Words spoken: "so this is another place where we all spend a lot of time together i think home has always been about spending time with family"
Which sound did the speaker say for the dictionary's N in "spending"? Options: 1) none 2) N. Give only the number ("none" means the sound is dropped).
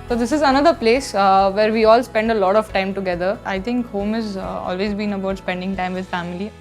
2